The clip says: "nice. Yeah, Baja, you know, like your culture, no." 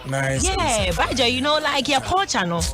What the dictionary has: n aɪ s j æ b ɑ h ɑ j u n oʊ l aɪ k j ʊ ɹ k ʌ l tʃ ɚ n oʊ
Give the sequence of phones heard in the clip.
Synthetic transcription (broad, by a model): n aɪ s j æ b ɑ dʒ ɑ j u n oʊ l aɪ k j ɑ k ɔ tʃ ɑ n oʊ